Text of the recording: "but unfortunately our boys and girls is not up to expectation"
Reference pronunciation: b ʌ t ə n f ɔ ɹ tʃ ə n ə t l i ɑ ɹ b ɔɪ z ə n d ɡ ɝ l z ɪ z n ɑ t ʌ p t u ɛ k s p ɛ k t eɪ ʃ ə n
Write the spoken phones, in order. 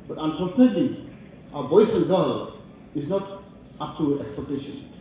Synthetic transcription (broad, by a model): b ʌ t ə n f ɔ ɹ tʃ ə n ə t l i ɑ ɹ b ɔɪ ə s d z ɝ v ɪ z n ɑ t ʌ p t u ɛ k s p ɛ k t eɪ ʃ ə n